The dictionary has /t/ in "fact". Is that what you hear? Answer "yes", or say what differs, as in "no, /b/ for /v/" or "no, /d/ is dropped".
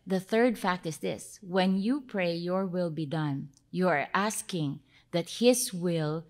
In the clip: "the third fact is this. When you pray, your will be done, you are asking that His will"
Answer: yes